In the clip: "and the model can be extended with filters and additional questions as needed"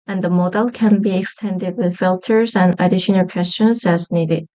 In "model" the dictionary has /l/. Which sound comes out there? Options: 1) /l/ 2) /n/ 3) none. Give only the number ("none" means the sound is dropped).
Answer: 1